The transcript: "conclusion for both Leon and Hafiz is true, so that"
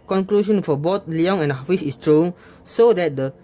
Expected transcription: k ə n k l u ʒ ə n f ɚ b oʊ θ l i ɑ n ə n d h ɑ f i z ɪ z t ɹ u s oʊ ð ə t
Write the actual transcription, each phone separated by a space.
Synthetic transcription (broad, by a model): k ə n k l u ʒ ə n f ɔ b oʊ t l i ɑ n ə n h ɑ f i s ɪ s t ɹ u s oʊ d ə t